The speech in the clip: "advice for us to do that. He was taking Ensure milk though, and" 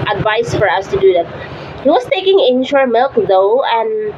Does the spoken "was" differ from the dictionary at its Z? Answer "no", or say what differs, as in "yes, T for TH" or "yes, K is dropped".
yes, S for Z